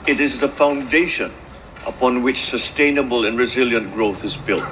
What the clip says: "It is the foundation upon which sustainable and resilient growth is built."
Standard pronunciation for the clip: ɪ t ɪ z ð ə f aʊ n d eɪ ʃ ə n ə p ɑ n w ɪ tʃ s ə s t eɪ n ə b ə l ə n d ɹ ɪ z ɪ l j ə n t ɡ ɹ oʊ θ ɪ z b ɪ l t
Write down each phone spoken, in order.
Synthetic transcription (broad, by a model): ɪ t ɪ z ð ə f aʊ n d eɪ ʃ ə n ə p ɑ n w ɪ tʃ s ə s t eɪ n ə b ə l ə n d ɹ ɪ z ɪ l j ə n t ɡ ɹ oʊ θ ɪ z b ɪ l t